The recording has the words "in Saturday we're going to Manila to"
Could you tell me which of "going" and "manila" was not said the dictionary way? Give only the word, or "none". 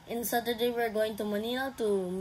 manila